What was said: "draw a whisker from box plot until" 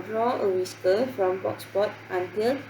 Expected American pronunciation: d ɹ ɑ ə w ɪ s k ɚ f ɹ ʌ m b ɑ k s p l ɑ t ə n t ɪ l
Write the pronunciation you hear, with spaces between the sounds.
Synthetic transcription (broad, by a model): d ɹ ɑ ə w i s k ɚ f ɹ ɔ m b ɑ k s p ɑ t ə n t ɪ l